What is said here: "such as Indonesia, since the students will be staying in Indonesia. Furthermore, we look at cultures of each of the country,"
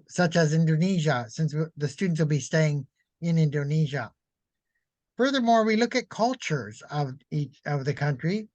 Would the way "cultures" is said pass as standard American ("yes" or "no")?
yes